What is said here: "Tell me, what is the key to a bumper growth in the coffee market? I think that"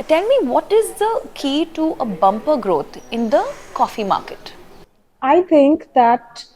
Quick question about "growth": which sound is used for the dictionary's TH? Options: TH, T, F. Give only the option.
T